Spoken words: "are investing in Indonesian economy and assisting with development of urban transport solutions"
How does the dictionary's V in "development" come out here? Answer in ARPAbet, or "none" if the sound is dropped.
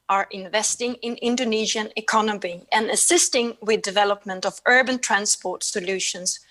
V